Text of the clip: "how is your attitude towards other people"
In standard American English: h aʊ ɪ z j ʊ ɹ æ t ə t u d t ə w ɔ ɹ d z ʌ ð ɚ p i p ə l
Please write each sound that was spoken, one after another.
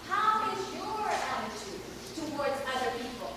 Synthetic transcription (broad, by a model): h aʊ ɪ z j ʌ ɹ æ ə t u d t ə w ɔ ɹ d z ʌ ð ɚ p i p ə l